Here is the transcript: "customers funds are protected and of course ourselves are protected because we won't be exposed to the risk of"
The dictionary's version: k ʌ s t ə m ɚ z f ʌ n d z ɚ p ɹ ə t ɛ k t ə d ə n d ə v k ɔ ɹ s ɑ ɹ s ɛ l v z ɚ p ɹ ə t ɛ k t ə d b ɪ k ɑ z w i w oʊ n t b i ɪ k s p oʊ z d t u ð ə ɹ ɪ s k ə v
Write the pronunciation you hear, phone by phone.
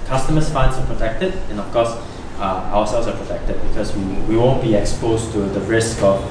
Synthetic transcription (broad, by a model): k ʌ s t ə m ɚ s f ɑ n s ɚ p ɹ ə t ɛ k t ə d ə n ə f k ɔ s ɑ w s ɛ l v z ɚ p ɹ ə t ɛ k t ə d b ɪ k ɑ s w i w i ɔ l b i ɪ k s p oʊ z t u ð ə ɹ ɪ s k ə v